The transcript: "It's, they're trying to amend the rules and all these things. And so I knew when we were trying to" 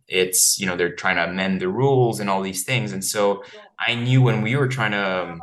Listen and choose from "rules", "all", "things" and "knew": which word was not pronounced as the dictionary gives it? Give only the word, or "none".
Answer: none